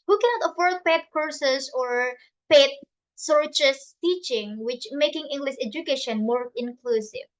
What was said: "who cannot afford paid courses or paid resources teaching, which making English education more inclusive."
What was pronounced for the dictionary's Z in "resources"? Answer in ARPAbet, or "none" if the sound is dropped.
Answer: S